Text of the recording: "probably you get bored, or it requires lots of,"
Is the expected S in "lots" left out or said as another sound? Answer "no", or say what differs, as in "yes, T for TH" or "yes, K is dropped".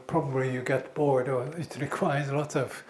yes, S is dropped